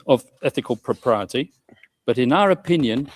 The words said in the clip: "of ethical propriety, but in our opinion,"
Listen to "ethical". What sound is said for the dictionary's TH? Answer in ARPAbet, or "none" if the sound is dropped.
TH